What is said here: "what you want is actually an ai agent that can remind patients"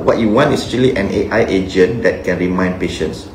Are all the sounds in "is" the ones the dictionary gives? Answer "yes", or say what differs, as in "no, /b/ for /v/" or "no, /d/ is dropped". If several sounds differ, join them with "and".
no, /s/ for /z/